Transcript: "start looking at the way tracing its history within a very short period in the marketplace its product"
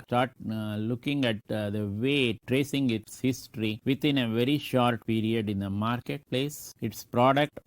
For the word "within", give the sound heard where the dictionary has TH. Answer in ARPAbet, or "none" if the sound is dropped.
T